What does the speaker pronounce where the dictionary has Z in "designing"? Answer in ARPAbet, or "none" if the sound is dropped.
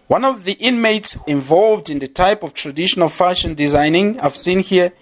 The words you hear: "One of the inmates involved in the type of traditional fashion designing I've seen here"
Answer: Z